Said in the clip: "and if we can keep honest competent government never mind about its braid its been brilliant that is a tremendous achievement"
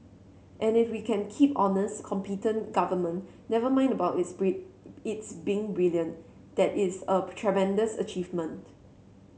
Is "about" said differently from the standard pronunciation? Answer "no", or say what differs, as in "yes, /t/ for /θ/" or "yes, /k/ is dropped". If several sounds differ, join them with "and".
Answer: yes, /t/ is dropped